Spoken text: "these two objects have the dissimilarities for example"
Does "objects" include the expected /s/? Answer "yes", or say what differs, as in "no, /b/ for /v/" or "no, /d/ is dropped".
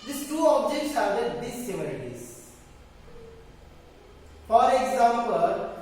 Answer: yes